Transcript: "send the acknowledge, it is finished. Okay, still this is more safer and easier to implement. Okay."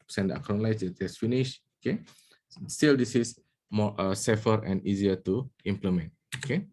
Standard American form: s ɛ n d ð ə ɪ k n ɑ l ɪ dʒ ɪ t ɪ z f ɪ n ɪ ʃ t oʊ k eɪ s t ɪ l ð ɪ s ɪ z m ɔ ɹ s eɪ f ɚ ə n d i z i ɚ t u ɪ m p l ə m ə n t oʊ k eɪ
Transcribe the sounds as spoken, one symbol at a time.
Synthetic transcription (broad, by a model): s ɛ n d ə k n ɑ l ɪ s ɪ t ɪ s f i n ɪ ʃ oʊ k eɪ s t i l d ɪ s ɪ s m ɔ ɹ s eɪ f ɚ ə n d i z i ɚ t u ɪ m p l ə m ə n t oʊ k eɪ